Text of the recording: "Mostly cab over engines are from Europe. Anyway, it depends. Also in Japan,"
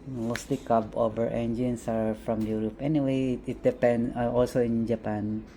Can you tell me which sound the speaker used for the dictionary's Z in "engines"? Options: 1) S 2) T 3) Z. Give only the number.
1